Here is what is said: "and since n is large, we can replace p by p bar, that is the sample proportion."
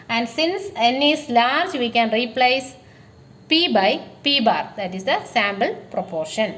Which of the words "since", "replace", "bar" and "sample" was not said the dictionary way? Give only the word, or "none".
sample